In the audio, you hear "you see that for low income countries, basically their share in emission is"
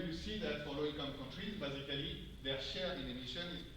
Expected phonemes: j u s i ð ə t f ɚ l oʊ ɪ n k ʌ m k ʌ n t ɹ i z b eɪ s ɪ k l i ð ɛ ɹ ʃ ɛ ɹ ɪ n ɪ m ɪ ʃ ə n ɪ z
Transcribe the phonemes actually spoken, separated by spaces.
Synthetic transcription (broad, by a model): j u s i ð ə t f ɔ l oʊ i k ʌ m k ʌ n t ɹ i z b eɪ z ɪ k l i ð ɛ ɹ ʃ ɛ ɹ ɪ n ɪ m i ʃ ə n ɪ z